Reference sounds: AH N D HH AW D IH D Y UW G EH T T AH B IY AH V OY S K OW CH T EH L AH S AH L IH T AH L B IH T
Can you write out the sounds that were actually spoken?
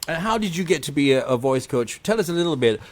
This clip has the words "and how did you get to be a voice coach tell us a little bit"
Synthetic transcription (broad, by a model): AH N HH AW D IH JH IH G EH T T AH B IY AH V OY S K OW CH T EH L AH S AH L IH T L B IH T